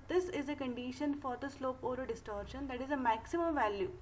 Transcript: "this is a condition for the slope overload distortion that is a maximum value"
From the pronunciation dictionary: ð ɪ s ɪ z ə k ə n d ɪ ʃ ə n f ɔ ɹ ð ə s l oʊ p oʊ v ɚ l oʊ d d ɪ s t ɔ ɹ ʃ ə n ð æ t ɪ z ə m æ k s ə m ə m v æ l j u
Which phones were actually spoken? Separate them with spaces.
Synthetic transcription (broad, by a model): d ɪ s ɪ z ə k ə n d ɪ ʃ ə n f ɔ ɹ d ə s l oʊ p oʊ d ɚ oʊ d d ɪ s t ɔ ɹ ʃ ə n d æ t ɪ z ə m æ k s ə m ə m v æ l j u